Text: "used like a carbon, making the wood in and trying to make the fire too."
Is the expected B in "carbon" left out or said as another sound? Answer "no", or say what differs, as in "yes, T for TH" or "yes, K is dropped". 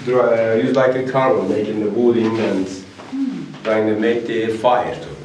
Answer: yes, B is dropped